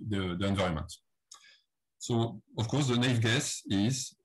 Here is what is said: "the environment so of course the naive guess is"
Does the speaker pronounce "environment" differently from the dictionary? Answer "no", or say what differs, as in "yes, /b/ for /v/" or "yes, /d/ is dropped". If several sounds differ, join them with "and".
yes, /ɹ/ is dropped